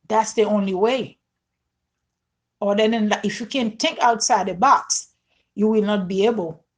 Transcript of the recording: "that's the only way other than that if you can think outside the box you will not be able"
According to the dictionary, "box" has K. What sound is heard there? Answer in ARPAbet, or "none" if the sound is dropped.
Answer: K